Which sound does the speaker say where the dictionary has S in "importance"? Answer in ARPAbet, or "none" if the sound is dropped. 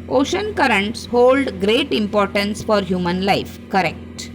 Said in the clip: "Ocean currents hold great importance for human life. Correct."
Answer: S